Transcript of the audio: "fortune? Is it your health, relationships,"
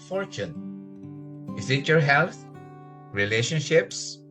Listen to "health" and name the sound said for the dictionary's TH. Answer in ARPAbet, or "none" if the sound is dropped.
T